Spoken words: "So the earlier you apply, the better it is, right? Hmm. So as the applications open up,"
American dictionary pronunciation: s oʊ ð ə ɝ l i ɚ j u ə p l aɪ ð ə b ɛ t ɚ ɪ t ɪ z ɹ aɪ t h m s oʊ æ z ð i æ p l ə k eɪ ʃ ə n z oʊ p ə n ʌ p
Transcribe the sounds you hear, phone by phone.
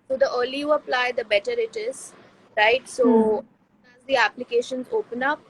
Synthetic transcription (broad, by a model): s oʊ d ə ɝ l i j u ə p l aɪ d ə b ɛ t ɚ ɪ t ɪ z ɹ aɪ t s oʊ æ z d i æ p l ə k eɪ ʃ ə n z oʊ p ə n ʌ p